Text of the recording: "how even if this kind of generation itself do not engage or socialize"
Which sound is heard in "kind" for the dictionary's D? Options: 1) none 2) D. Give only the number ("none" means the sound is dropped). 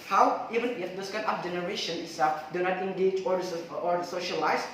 1